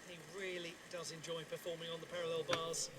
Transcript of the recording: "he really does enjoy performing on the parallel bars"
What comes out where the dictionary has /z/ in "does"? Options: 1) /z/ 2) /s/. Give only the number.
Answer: 1